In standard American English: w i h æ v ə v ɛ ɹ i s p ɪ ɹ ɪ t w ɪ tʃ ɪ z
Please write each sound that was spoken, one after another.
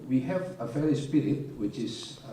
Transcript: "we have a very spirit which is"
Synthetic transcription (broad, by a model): w i h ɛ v ə f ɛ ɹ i s p ɪ ɹ ɪ t w ɪ tʃ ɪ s